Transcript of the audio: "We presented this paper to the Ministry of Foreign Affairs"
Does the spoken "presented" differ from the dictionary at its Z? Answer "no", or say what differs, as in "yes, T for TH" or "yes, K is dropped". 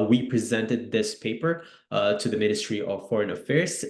no